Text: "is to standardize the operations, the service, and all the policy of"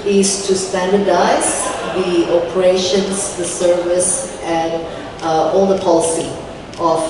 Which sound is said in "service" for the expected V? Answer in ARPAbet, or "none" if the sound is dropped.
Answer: V